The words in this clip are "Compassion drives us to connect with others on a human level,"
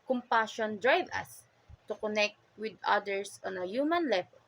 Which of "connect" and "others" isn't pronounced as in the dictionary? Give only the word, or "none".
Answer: others